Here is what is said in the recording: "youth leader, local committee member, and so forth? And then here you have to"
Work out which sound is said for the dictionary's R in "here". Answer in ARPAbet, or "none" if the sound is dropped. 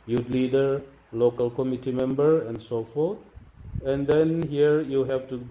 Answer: R